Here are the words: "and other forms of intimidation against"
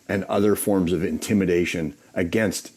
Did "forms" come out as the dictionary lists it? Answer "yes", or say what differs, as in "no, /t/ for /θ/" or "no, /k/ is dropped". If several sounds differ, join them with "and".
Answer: yes